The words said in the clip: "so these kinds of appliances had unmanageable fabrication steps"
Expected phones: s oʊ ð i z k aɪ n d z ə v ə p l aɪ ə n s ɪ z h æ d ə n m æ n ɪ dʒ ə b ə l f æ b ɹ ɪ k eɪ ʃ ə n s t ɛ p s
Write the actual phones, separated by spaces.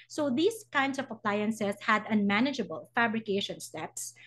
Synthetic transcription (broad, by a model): s oʊ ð i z k aɪ n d s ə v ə p l aɪ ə n s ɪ s h æ d ə n m æ n ɪ dʒ ə b ə l f æ b ɹ ɪ k eɪ ʃ ə n s t ɛ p s